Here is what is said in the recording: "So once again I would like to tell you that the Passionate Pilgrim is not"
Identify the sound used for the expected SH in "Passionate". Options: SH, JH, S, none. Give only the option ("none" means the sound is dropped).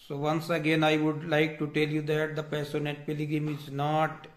S